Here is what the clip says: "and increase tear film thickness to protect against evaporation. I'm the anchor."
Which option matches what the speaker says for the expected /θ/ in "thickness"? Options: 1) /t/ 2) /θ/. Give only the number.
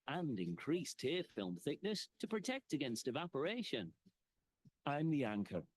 2